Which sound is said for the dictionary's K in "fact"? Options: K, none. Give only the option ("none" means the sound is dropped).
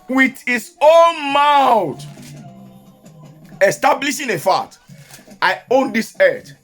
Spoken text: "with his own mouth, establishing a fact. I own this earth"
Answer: none